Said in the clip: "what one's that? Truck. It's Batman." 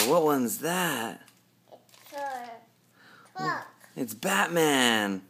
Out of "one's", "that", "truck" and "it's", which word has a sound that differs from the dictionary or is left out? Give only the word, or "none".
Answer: truck